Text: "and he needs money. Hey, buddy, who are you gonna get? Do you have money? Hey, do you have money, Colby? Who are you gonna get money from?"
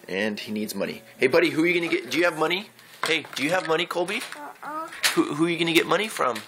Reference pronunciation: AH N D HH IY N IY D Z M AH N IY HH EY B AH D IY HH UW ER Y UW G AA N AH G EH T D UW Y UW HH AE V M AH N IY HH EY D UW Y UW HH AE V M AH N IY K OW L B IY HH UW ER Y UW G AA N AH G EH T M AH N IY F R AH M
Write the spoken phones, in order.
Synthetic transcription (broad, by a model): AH N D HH IY N IY D Z M AH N IY HH EY B AH D IY HH UW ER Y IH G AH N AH G EH T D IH Y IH V M AH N IY HH EY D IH Y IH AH V M AH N IY K OW L B IY HH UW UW Y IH G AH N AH G EH T M AH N IY F R AH M